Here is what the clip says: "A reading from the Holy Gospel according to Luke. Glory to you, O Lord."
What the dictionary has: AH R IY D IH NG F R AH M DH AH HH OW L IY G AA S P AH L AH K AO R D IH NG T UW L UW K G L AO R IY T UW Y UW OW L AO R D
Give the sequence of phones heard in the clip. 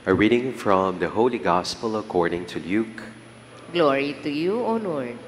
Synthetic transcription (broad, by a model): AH R IY D IH NG F R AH M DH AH HH OW L IY G AA S P AH L AH K AO R D IH NG T UW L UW K G L AO R IY T UW Y UW OW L AO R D